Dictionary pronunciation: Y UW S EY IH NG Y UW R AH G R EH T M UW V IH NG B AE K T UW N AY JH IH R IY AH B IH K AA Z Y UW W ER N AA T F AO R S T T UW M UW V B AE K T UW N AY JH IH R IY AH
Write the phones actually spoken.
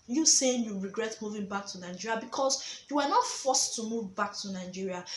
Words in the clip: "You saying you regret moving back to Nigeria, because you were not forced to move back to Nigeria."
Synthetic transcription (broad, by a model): Y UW S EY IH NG Y UW R AH G R EH T M UW V IH NG B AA K T UW N AY JH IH R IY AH B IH K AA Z Y UW W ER N AA T F AO S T T UW M UW V B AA K T UW N AY JH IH R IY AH